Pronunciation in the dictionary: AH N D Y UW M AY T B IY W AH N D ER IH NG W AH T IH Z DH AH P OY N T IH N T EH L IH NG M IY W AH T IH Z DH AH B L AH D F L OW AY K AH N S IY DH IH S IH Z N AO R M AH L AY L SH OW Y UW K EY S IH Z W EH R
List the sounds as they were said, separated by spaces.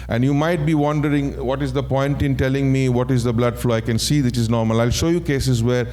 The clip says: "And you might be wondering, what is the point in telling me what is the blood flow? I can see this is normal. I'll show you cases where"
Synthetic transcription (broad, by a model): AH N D Y UW M AY T B IY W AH N D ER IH NG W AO T IH Z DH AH P OY N T IH N T EH L IH NG M IY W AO T IH Z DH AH B L AH D F L OW AY K AH N S IY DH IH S IH Z N AO R M AH L AY L SH OW Y UW K EY S IH Z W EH R